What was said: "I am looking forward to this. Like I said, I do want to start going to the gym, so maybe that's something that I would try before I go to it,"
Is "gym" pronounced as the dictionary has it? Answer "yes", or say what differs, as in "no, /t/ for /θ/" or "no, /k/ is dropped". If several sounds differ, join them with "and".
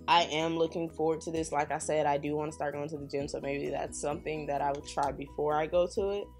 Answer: yes